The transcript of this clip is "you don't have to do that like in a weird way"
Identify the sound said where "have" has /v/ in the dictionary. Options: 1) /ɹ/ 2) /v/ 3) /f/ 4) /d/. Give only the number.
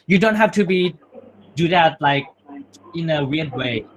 3